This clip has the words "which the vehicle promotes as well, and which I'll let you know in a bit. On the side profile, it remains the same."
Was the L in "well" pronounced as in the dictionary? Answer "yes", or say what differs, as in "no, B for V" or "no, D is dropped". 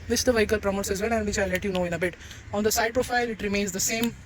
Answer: no, N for L